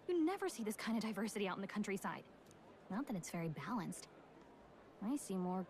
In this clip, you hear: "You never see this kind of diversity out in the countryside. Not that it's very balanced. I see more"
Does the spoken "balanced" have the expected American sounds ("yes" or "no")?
yes